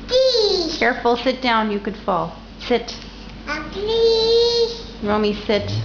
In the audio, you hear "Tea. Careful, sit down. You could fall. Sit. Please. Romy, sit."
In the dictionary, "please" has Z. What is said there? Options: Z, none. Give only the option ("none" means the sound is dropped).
none